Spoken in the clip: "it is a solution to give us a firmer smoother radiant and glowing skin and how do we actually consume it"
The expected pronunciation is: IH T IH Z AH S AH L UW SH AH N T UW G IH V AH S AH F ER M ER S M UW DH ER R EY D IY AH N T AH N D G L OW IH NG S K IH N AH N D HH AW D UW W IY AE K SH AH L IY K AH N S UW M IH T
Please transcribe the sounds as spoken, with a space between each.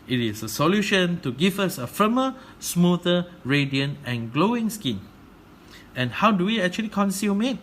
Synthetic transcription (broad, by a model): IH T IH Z AH S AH L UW SH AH N T UW G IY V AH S AH F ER M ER S M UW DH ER R EY D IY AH N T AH N G L OW IH NG S K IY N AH N HH AW D UW W IY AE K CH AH L IY K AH N S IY M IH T